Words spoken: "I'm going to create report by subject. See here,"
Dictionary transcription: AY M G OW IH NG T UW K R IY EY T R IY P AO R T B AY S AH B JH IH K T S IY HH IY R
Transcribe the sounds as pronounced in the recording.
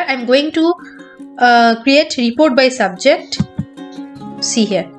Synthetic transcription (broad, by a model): AY M G OW IH NG T UW K R IY EY T R IY P AO R T B AY S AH B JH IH K T S IY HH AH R